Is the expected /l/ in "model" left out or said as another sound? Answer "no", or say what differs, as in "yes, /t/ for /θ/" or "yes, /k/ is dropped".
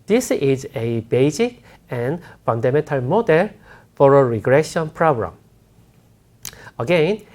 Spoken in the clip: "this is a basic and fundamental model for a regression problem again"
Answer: no